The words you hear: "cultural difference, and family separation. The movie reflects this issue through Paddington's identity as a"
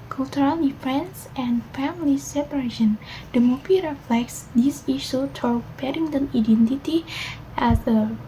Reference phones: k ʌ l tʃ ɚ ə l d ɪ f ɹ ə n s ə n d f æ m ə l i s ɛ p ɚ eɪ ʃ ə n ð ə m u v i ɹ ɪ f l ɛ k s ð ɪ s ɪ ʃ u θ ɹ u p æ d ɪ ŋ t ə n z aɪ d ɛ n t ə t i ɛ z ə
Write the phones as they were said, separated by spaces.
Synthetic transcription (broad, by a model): k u l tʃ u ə l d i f ə n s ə n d f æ m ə l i s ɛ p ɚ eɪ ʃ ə n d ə m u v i ɹ ɪ f l ɛ k s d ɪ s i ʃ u t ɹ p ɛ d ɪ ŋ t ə n aɪ d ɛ n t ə t i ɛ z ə